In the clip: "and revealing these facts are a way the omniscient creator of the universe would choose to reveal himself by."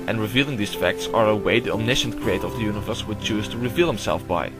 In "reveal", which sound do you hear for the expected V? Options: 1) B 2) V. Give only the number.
2